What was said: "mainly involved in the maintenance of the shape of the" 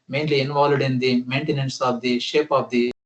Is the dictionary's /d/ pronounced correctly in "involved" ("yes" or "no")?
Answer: yes